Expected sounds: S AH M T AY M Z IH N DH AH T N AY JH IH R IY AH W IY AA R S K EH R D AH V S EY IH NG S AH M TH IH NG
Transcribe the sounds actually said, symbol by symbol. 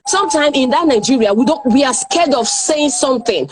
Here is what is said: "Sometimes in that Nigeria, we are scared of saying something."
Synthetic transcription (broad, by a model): S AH M T AY M IH N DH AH T N AY JH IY R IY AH W IY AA W S K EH D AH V S EY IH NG S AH M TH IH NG